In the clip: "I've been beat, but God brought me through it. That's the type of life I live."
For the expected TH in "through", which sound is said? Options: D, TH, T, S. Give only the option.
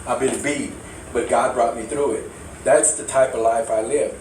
TH